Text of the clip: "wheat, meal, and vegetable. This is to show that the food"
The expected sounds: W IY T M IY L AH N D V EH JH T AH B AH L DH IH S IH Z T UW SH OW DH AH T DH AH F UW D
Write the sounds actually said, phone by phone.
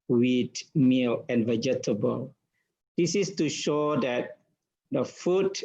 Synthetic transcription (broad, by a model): W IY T M IY L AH N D V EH JH T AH B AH L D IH S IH S T UW SH OW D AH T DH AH F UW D